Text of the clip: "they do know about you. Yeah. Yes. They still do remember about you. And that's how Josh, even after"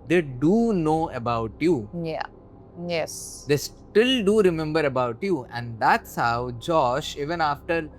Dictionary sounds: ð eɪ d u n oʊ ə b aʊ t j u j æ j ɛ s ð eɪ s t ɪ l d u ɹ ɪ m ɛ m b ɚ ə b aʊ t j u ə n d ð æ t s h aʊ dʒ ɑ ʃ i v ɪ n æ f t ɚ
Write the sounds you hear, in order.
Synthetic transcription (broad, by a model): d eɪ d u n oʊ ə b aʊ t j u j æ j ɛ s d eɪ s t ɪ l d u ɹ ɪ m ɛ m b ɚ ə b aʊ t j u ə n d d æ t s h aʊ dʒ ɑ ʃ i v ɪ n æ f t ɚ